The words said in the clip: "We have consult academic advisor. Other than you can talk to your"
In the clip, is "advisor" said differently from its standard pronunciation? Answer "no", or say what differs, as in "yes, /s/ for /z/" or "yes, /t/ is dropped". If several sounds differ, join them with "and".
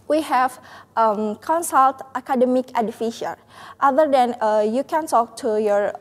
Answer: yes, /f/ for /v/